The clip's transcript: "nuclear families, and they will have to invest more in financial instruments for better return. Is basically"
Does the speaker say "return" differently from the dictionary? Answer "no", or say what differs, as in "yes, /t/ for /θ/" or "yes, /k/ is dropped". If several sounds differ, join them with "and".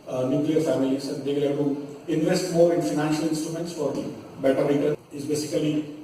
yes, /n/ is dropped